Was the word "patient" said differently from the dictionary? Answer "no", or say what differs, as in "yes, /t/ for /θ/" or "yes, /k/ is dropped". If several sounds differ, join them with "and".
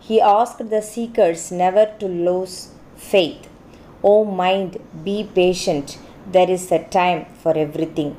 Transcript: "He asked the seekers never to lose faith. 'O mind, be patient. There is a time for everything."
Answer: no